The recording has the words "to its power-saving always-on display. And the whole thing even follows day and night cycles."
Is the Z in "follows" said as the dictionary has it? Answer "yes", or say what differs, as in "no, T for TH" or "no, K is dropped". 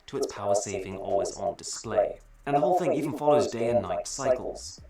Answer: yes